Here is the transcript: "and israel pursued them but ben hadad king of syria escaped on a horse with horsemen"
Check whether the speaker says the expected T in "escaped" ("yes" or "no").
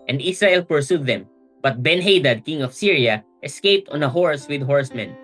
yes